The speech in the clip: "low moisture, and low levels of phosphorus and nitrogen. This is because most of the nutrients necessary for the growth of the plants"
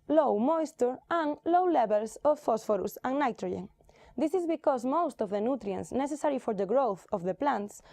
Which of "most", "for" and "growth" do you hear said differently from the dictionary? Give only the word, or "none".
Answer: none